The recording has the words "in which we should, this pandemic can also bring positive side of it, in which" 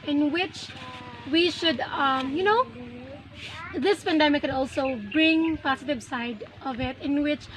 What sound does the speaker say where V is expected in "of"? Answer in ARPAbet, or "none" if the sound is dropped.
V